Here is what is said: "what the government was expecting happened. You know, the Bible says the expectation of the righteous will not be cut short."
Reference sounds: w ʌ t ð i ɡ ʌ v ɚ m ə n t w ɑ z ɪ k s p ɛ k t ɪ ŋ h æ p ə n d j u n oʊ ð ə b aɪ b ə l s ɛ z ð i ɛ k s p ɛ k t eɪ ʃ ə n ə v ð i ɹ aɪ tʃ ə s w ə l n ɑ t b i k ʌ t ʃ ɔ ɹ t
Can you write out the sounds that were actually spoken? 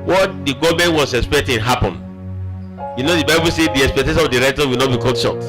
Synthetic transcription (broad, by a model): w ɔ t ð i ɡ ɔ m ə n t w ɑ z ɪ k s p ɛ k t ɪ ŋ h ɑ p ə n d j u n oʊ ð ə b aɪ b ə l s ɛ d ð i ɛ k s p ɛ k t eɪ ʃ ə n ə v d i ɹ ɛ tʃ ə w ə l n ɑ t b i k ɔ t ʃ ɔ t